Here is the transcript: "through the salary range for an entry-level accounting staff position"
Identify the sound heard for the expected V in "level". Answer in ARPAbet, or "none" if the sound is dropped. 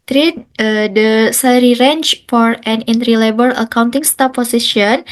B